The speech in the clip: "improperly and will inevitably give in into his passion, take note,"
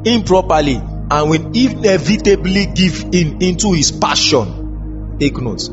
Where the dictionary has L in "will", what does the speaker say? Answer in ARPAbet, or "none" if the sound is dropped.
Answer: N